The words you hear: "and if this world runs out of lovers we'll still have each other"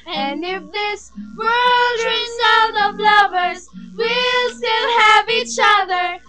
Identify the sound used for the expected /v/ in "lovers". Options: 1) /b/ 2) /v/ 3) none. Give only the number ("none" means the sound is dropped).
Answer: 2